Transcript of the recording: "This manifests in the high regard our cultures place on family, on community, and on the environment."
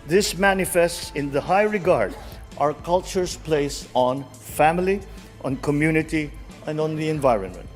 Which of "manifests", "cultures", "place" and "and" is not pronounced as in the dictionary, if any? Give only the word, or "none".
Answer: cultures